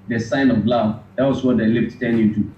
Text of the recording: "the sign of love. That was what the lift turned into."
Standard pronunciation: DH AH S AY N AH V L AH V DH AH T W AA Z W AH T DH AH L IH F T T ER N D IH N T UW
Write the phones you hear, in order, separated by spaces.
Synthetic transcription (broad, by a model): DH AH S AY N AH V L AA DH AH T W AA S W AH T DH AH L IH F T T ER N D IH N T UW